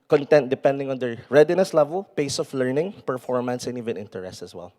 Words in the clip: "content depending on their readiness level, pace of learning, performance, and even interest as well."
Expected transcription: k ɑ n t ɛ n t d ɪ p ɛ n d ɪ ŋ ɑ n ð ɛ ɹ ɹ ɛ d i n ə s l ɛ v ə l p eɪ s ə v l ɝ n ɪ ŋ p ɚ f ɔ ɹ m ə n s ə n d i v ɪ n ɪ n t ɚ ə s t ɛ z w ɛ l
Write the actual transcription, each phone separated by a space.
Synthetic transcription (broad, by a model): k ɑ n t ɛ n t d ɪ p ɛ n d ɪ ŋ ɑ n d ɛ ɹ ɹ ɛ d i n ə s l ɛ v ə l p eɪ s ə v l ɝ n ɪ ŋ p ɚ f ɔ ɹ m ə n s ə n i v ɪ n ɪ n t ɚ ə s t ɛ s w ɛ l